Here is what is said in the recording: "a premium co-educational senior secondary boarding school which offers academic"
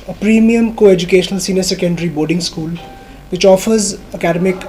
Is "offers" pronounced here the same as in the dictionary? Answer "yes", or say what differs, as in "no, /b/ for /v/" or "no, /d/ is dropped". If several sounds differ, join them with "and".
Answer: yes